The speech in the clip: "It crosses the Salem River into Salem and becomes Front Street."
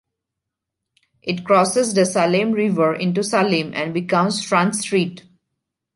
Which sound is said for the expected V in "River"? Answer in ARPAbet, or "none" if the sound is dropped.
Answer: V